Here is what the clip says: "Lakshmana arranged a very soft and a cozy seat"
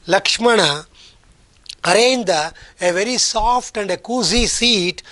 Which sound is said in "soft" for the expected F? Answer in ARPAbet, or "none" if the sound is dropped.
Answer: P